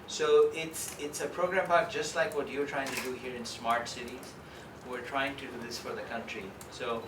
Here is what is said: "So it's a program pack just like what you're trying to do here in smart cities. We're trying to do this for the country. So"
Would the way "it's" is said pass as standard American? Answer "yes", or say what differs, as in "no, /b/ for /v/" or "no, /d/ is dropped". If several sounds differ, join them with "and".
yes